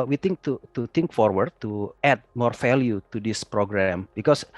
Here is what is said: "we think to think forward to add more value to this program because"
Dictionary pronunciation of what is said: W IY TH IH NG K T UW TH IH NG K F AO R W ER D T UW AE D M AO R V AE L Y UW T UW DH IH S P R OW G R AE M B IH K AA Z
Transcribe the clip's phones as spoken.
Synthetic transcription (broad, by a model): W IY T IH NG K T UW T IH NG K F AO R W ER D T UW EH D M AO R F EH L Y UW T UW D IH S P R OW G R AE M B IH K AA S